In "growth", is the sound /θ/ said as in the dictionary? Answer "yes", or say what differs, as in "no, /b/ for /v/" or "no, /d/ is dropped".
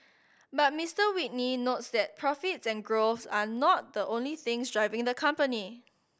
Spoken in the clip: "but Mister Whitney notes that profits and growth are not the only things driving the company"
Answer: no, /s/ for /θ/